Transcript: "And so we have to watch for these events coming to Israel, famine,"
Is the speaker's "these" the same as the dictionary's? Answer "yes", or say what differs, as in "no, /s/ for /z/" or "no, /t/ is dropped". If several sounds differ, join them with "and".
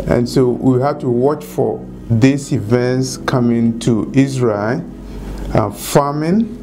no, /s/ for /z/